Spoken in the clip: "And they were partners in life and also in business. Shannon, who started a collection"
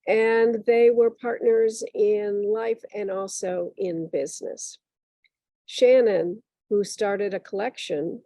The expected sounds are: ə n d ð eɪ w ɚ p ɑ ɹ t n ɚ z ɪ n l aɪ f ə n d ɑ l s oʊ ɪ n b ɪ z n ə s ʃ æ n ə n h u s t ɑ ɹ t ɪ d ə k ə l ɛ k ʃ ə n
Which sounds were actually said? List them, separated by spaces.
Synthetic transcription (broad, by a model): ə n ð eɪ w ɚ p ɑ ɹ t n ɚ z ɪ n l aɪ f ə n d ɑ l s oʊ ɪ n b ɪ z n ə s ʃ æ n ə n h u s t ɑ ɹ t ɪ d ə k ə l ɛ k ʃ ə n